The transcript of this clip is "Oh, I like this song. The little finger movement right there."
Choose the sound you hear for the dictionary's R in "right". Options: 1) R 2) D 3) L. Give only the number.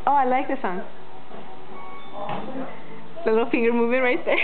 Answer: 1